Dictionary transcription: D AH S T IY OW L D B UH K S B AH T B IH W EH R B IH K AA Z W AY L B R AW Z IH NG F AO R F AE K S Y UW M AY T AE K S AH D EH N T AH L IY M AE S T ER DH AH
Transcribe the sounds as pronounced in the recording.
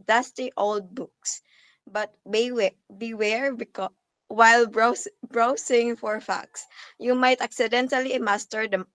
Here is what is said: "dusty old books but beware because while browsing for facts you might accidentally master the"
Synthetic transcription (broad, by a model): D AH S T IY OW L D B UH K S B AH T B IH W EH R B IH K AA W AY L B R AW S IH NG F AO R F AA K S Y UW M AY T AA K S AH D EH N T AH L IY M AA S T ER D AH